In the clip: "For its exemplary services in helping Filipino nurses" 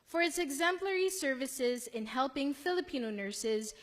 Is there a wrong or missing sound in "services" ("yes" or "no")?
no